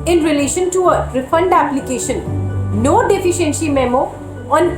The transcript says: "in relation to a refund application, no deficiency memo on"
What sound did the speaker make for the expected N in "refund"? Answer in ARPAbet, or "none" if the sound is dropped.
N